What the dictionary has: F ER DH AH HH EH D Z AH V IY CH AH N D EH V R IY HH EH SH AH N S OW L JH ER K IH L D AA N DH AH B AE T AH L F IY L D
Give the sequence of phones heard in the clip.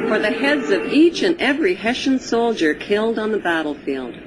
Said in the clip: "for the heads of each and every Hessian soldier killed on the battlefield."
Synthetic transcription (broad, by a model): F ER DH AH HH EH D Z AH V IY CH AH N EH V R IY HH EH SH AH N S OW L JH ER K IH L D N DH AH B AE T L F IY L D